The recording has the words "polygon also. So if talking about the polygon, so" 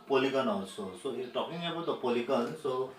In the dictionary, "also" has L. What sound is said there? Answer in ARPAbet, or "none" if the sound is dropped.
none